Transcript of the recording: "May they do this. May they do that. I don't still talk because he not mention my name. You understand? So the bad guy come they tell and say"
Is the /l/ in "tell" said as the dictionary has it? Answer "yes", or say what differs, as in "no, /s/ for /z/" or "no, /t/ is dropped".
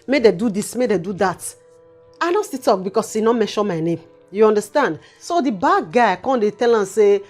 yes